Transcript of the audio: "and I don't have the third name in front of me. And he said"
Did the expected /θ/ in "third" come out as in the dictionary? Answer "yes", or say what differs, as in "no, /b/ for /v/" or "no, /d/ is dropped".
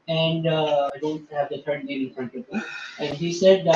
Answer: no, /t/ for /θ/